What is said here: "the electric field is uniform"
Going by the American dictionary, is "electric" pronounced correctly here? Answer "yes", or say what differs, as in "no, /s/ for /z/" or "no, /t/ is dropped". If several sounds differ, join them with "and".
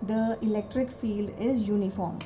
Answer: yes